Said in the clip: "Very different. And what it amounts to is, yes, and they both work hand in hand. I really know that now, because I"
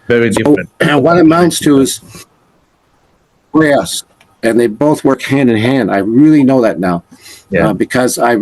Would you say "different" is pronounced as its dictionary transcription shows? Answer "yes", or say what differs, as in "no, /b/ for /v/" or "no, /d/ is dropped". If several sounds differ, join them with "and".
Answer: no, /f/ is dropped and /n/ is dropped